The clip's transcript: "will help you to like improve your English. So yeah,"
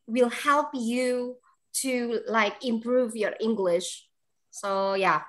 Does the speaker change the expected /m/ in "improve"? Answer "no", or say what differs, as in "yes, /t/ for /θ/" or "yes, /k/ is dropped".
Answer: no